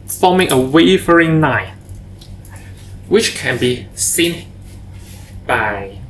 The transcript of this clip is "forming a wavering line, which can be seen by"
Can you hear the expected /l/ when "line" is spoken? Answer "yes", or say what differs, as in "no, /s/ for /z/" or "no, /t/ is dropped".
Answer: no, /n/ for /l/